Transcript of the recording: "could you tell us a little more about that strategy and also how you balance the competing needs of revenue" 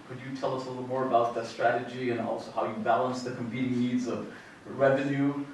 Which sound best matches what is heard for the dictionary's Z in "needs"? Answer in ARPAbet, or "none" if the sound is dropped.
Z